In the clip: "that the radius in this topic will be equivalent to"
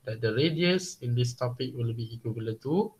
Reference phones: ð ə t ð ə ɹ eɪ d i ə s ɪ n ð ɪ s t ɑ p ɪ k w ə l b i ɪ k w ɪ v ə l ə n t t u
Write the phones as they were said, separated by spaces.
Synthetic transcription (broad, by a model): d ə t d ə ɹ eɪ d i ə s ɪ n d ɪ s t ɑ p ɪ k w ə l b i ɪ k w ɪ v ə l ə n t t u